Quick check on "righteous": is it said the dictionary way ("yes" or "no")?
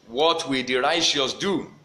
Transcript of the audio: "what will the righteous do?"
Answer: no